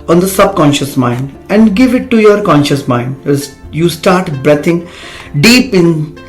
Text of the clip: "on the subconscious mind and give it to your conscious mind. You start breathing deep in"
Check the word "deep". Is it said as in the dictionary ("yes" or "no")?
yes